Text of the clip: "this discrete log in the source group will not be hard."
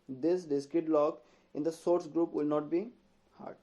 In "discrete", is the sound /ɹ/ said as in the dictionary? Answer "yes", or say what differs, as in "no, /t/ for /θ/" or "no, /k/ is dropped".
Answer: no, /ɹ/ is dropped